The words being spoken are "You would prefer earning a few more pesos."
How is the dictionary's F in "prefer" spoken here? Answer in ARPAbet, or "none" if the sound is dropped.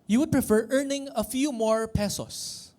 F